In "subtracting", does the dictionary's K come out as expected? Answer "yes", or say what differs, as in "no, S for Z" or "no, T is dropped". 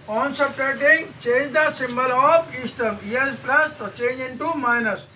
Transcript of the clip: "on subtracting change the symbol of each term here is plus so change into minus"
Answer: no, K is dropped